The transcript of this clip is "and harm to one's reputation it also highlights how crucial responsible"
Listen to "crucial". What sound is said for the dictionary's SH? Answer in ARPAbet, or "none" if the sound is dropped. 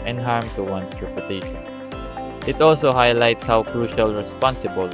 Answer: SH